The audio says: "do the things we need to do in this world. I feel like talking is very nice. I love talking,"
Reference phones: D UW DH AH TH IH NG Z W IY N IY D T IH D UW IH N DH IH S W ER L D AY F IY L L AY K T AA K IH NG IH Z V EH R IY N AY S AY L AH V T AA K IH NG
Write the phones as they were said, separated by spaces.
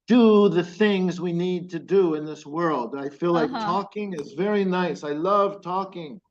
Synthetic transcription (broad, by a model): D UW DH AH TH IH NG Z W IY N IY D T IH D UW IH N DH IH S W ER L D AY F IY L L AY K T AA K IH NG IH Z V EH R IY N AY S AY L AH V T AA K IH NG